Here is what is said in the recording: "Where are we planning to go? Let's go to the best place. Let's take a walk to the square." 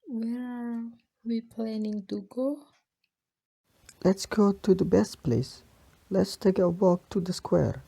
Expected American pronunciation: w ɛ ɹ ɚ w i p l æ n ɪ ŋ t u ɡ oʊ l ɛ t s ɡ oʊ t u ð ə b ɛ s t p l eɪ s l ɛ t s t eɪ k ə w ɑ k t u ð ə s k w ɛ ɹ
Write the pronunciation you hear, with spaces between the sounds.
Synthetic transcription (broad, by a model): w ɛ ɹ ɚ w i p l æ n ɪ ŋ t u ɡ oʊ l ɛ t s ɡ oʊ t u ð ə b ɛ s t p l eɪ s l ɛ t s t eɪ k ə w ɑ k t u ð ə s k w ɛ ɹ